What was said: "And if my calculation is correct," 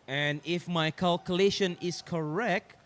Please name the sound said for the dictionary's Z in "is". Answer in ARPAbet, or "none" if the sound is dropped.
S